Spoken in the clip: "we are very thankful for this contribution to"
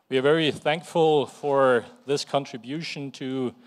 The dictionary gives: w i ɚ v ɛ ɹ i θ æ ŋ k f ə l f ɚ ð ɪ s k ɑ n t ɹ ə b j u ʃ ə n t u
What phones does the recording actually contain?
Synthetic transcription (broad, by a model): w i ɚ v ɛ ɹ i θ æ ŋ k f ə l f ɚ ð ɪ s k ɑ n t ɹ ə b j u ʃ ə n t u